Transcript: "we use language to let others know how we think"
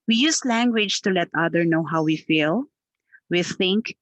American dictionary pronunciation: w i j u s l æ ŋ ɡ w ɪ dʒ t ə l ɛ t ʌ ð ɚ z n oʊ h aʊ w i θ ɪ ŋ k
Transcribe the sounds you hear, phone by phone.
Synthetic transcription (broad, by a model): w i j u s l æ ŋ ɡ w ɪ dʒ t ə l ɛ t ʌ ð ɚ n oʊ h aʊ w i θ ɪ ŋ k